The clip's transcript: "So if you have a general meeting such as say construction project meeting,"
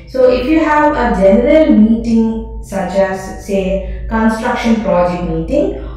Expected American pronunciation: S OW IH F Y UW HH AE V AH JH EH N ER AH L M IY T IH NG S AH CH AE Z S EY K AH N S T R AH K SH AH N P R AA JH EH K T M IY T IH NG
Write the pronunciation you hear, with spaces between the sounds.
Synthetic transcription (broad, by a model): S OW IH F Y UW HH AE V AH JH EH N ER AH L M IY T IH NG S AH CH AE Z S EY K AH N S T R AH K SH AH N P R AA JH EH K T M IY T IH NG